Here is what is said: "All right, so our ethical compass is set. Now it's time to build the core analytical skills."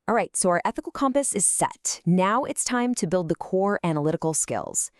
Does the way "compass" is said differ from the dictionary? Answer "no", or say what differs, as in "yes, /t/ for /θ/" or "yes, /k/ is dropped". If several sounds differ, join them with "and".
no